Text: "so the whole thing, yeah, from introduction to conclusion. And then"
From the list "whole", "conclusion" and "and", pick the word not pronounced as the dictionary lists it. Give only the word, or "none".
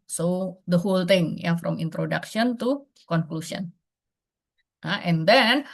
conclusion